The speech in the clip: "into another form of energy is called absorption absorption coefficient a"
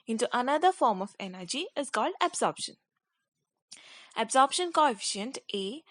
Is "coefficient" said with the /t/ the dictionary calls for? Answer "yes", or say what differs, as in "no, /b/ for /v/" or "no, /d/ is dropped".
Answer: yes